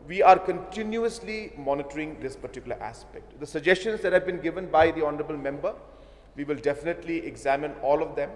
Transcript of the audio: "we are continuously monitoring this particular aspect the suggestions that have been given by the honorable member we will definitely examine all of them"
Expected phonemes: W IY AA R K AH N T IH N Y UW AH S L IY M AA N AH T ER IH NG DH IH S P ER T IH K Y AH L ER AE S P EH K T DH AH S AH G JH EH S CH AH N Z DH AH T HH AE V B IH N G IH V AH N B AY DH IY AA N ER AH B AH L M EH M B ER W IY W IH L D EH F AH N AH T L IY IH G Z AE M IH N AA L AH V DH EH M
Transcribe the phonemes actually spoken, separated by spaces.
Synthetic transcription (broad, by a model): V IY AA R K AH N T IH N Y UW AH S L IY M AA N AH T ER IH NG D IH S P ER T IH K Y AH L ER AE S P EH K T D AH S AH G JH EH S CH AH N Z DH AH T HH AE V B IH N G IH V AH N B AY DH IY AA N ER AH B AH L M EH M B ER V IY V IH L D EH F AH N AH T L IY IH G Z AE M IH N AA L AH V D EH M